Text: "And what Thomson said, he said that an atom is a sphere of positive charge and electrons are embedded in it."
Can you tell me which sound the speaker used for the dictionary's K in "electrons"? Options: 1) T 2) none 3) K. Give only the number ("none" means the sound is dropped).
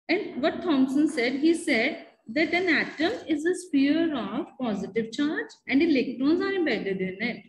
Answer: 3